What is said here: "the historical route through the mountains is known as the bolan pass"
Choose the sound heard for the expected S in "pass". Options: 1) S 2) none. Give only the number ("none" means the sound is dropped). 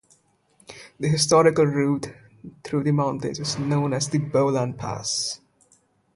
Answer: 1